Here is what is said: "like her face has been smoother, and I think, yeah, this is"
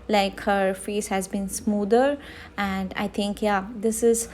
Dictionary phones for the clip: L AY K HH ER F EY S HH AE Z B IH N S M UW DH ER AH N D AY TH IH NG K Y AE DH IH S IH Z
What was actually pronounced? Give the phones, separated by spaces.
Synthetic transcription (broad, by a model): L AY K HH ER F EY S HH AE Z B IH N S M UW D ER AH N D AY T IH NG K Y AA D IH S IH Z